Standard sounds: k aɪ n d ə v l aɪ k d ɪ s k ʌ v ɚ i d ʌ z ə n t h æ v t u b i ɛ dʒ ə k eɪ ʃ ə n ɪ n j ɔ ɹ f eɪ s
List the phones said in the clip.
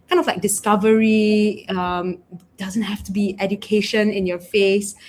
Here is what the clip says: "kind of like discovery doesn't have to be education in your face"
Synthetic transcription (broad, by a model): k aɪ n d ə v l aɪ k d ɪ s k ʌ v ɚ i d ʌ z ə n t h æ f t u b i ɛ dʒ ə k eɪ ʃ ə n ɪ n j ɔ f eɪ s